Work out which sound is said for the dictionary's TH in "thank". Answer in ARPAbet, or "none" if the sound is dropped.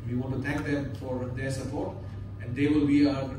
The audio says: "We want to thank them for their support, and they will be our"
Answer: T